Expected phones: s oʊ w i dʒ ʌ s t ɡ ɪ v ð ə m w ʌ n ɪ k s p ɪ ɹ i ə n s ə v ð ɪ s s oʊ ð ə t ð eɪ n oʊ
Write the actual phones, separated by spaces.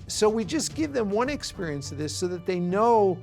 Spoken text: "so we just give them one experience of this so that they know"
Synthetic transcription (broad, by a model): s oʊ w i dʒ ʌ s ɡ ɪ v ð ə m w ʌ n ɪ k s p ɪ ɹ i ə n s ə v ð ɪ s s oʊ ð ə t ð eɪ n oʊ